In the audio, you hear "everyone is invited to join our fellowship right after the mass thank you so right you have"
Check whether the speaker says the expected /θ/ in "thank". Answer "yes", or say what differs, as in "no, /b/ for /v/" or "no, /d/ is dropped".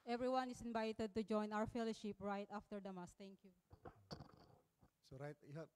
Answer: no, /t/ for /θ/